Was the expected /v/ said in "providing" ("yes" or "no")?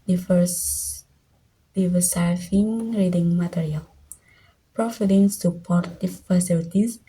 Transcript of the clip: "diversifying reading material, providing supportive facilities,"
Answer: no